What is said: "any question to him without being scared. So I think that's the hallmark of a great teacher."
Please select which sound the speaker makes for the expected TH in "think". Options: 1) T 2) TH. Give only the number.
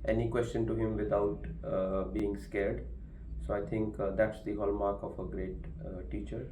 1